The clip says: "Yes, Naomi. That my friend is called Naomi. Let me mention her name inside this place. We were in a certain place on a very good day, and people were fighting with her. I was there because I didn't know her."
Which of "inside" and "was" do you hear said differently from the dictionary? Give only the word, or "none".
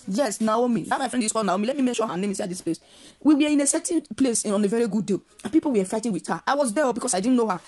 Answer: inside